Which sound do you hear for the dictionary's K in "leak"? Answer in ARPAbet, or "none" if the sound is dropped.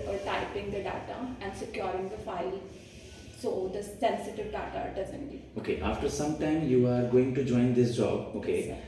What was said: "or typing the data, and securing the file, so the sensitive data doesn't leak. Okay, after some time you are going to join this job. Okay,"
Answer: none